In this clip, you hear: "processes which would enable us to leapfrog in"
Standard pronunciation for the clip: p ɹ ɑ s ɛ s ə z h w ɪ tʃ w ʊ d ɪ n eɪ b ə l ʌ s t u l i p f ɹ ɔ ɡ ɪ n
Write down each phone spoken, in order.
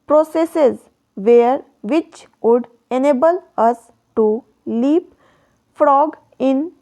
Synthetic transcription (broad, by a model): p ɹ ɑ s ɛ s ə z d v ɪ tʃ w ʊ d ɪ n eɪ b ə l ʌ s t u l i p f ɹ ɔ ɡ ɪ n